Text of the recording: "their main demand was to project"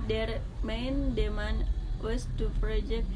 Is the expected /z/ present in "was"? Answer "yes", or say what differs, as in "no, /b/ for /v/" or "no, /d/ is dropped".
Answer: no, /s/ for /z/